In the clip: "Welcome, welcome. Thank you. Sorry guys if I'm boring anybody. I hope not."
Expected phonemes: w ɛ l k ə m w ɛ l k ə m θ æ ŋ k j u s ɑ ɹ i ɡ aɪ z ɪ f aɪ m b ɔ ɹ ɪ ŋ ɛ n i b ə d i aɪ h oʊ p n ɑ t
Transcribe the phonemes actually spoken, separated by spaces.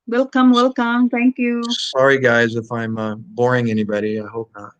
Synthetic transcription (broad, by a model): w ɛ l k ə m w ɛ l k ə m t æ ŋ k j u s ɑ ɹ i ɡ aɪ z ɪ f aɪ m b ɔ ɹ ɪ ŋ ɛ n i b ə d i aɪ h oʊ p n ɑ t